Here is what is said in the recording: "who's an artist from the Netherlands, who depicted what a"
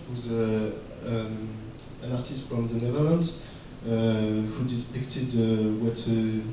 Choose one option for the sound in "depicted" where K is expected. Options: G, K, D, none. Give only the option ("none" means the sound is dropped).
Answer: K